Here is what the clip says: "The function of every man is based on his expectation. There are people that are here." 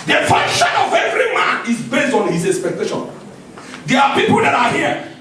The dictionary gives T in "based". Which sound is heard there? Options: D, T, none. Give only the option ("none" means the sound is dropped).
T